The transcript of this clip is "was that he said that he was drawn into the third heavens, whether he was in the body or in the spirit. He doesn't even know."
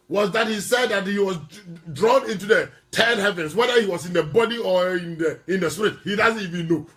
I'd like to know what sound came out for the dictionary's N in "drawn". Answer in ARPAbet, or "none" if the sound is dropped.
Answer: N